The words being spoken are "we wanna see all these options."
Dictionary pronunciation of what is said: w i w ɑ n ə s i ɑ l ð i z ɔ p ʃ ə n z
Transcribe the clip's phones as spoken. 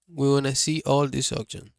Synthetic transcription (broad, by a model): w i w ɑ n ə s i ɑ l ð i s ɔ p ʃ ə n